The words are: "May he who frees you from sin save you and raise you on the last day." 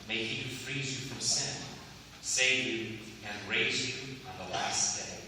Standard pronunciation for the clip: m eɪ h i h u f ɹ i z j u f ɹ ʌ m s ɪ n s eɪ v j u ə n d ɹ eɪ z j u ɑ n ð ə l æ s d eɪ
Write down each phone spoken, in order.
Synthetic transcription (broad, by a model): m eɪ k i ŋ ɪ f ɹ i z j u f ɹ ʌ m s ɪ n s eɪ v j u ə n ɹ eɪ z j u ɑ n ð ə l æ s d eɪ